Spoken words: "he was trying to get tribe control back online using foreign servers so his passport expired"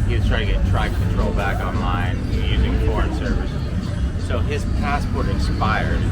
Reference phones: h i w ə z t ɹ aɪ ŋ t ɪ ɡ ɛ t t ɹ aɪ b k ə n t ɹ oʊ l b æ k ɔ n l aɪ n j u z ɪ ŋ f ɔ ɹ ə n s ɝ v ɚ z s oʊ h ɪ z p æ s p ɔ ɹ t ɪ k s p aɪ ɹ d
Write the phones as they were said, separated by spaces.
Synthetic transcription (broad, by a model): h i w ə s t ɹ aɪ t ɪ ɡ ɛ t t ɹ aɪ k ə n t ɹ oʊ l b æ k ɔ n l aɪ n j u z ɪ ŋ f ɔ ɹ ə n s ɝ v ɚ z s oʊ ɪ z p æ s p ɔ ɹ t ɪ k s p aɪ ɹ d